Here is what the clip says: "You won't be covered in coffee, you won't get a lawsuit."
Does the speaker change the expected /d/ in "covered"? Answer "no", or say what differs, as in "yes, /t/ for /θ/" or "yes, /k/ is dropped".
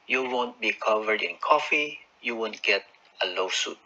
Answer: no